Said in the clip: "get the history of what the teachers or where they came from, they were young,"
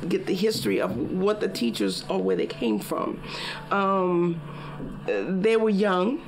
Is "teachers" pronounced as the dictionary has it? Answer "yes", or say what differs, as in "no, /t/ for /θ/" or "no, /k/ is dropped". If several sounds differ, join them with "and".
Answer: yes